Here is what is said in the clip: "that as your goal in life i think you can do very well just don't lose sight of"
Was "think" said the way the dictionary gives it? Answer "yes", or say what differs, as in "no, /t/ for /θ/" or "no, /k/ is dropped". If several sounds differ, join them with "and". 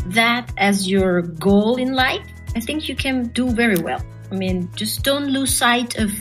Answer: yes